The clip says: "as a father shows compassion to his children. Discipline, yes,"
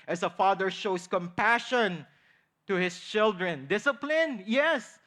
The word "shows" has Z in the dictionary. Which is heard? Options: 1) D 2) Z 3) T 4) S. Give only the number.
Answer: 4